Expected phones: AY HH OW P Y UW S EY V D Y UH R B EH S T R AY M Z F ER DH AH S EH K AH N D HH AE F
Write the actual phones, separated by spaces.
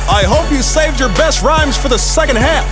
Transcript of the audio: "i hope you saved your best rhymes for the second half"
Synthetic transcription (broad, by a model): AY HH OW P Y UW S EY V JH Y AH R B EH S T R AY M Z F ER DH AH S EH K AH N D HH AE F